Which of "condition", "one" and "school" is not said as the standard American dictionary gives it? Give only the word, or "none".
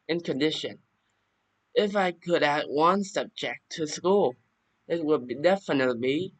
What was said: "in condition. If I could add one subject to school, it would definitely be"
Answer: none